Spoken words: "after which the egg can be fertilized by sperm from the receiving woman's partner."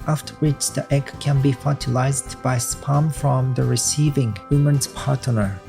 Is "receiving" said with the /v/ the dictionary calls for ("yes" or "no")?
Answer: yes